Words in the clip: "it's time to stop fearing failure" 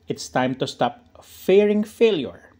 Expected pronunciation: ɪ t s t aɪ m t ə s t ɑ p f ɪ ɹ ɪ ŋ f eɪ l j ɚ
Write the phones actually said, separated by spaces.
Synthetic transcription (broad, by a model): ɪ t s t aɪ m t ə s t ɑ p f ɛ ɹ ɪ ŋ f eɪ l j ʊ